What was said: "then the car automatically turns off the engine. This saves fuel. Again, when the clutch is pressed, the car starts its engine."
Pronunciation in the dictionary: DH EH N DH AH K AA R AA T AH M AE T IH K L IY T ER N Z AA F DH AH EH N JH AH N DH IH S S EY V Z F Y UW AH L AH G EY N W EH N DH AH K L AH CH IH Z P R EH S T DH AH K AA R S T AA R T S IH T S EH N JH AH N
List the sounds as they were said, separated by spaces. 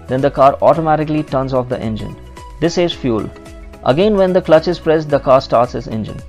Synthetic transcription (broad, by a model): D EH N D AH K AA R AA T AH M AE T IH K L IY T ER N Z AA F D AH EH N JH AH N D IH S S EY Z F Y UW L AH G EY N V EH N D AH K L AH CH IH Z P R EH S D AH K AA R S T AA R T S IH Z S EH N JH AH N